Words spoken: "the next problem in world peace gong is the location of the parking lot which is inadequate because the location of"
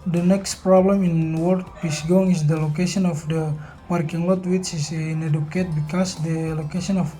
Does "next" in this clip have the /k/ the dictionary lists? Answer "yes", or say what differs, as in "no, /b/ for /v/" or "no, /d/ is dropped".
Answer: yes